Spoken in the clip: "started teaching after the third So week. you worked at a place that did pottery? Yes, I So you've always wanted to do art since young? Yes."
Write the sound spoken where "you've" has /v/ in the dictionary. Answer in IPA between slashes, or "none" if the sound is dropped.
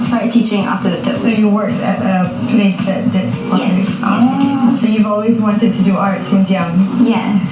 /v/